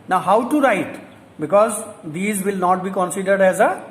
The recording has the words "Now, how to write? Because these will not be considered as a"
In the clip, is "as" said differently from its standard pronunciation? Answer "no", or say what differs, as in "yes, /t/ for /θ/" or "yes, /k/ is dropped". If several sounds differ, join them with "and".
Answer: no